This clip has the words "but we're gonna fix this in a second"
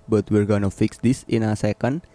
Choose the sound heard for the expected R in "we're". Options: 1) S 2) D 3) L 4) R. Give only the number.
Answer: 4